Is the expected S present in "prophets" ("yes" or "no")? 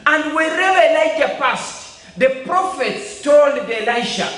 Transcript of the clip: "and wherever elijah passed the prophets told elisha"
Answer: yes